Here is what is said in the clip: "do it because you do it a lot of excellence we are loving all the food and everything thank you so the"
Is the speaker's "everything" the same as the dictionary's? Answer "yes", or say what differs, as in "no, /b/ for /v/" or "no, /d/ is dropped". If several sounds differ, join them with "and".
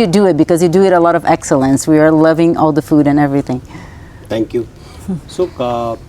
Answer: yes